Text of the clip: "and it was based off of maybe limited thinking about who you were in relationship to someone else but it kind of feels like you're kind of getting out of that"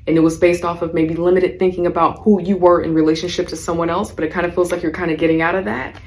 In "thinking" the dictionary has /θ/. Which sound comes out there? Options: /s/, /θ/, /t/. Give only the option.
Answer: /θ/